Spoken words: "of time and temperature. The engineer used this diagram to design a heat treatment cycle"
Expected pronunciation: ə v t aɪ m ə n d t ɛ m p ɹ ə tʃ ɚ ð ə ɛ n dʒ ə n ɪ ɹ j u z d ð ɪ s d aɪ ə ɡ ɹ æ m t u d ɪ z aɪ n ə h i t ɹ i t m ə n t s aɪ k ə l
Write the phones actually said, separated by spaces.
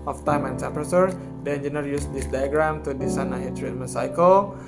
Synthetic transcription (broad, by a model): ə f t aɪ m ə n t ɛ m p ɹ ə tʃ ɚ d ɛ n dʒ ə n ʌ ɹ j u s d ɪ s d aɪ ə ɡ ɹ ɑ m t u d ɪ s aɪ n ə h i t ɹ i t m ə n s aɪ k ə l